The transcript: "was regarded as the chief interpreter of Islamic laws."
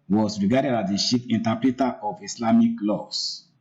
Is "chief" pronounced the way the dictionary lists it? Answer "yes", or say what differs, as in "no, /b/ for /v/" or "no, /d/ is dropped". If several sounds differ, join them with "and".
no, /ʃ/ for /tʃ/ and /p/ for /f/